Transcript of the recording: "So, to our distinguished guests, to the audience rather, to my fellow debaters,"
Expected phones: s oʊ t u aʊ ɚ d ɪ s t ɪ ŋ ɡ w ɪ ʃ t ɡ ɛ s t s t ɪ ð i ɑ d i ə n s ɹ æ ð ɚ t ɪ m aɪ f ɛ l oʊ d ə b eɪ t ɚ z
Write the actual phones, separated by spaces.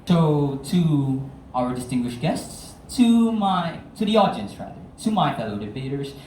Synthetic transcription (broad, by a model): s oʊ t u aʊ ɚ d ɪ s t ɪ ŋ ɡ w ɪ ʃ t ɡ ɛ s t s t ɪ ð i ɑ d i ə n s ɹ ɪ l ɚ t ɪ m aɪ f ɛ l oʊ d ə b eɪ t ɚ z